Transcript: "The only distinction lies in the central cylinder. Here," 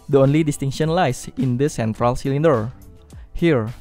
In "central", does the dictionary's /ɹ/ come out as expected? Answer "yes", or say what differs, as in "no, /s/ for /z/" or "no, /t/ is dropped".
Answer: yes